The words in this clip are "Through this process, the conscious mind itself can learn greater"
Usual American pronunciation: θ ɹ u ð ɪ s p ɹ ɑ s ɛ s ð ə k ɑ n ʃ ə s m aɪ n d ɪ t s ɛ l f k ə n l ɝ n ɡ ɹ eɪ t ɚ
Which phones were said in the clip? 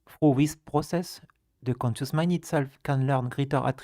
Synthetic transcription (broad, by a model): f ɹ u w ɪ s p ɹ ɑ s ɛ s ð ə k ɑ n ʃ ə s m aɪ n ɪ t s ɛ l f k ə n l ɝ n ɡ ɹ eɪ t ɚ